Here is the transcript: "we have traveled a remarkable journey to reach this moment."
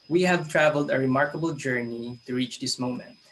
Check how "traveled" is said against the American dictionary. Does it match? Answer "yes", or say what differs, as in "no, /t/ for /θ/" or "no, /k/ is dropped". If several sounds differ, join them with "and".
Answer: yes